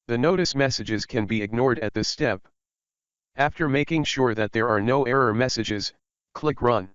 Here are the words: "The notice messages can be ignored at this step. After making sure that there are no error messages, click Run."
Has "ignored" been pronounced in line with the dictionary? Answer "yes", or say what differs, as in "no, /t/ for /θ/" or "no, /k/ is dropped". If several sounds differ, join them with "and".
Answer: yes